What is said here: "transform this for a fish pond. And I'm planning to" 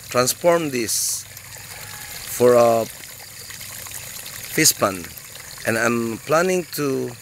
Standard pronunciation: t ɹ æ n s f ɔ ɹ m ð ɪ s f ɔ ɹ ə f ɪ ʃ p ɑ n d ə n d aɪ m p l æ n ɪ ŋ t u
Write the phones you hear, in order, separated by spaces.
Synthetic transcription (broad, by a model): t ɹ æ n s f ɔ ɹ m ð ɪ s f ɔ ɹ ə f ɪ s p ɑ n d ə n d aɪ m p l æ n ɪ ŋ t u